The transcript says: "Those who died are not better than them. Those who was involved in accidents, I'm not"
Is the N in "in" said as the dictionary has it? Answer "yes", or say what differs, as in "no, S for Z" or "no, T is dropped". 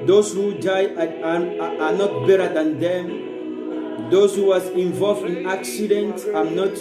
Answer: yes